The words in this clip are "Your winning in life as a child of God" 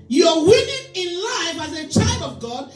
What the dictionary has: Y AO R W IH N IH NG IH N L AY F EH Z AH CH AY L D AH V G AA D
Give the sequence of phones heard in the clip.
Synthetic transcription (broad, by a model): Y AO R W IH IH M IH N L AY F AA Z AH CH AY L D AH V G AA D